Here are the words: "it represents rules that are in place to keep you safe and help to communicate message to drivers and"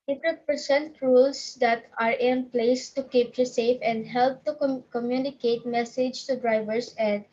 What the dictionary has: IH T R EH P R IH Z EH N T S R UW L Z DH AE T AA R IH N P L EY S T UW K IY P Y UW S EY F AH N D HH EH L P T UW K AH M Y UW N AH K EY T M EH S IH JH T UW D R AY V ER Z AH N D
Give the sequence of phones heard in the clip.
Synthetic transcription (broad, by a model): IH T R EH P IH S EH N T R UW L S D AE T AA R IH N P L EY S T UW K IY P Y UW S EY F AH N D HH EH L P T UW K AH M Y UW N AH K EY T M EH S IH JH T UW D R AY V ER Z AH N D